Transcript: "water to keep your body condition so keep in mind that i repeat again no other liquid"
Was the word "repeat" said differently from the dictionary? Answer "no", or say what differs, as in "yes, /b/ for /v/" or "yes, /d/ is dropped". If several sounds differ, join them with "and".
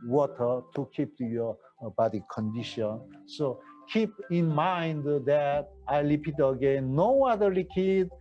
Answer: yes, /l/ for /ɹ/